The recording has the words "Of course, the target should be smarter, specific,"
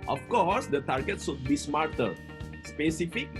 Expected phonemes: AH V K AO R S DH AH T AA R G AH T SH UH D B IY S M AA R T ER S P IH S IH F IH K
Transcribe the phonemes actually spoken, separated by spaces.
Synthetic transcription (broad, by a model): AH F K AO R S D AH T AA R G AH T S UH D B IY S M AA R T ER S P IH S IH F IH K